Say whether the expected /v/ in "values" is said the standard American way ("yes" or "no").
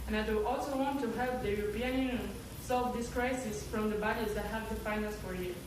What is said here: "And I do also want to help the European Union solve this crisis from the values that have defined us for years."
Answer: no